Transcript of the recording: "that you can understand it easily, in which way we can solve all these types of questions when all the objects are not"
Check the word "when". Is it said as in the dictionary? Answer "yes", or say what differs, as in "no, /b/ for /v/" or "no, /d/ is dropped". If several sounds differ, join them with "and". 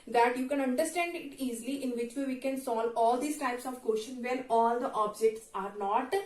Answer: no, /l/ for /n/